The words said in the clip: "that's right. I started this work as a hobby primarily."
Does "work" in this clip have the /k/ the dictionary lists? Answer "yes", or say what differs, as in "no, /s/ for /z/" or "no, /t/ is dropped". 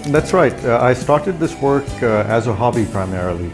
yes